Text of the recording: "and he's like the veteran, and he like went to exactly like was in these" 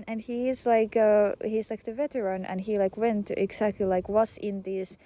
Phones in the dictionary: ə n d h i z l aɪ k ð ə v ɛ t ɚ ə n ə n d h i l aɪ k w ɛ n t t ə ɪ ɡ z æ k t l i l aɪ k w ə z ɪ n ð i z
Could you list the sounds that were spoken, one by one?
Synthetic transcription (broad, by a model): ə n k h i z l aɪ k ð ə v ɛ t ɚ ə n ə n h i l aɪ k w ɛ n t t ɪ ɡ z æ k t l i l aɪ k w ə s ɪ n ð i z